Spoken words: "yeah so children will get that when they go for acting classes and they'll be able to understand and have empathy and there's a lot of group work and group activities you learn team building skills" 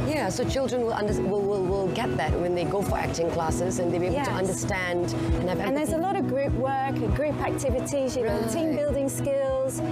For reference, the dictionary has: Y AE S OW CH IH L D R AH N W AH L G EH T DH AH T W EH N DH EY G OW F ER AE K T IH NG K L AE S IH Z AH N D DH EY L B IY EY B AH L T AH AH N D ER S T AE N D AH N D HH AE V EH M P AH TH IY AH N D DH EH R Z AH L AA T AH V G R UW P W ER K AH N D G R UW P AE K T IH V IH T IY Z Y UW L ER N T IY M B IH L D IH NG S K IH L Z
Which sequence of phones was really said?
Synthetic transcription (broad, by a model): Y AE S OW CH IH L D R AH N W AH L G EH T DH AH T W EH N DH EY G OW F ER AE K T IH NG K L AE S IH Z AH N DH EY B IY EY AH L T AH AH N D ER S T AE N D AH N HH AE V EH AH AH N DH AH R Z AH L AA T AH V G R UW P W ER K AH G R UW P AE K T IH V IH T IY Z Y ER T IY M B IH L D IH NG S K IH L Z